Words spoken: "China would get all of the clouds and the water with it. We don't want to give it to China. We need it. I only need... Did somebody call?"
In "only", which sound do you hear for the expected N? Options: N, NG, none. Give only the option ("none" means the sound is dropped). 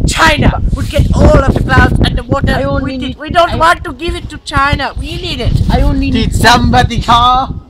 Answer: none